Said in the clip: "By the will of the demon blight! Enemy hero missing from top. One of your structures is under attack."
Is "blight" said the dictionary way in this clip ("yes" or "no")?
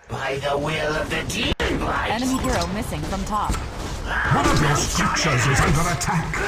no